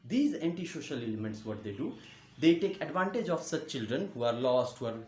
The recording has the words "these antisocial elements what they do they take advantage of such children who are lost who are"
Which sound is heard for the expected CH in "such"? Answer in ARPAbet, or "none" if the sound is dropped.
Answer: CH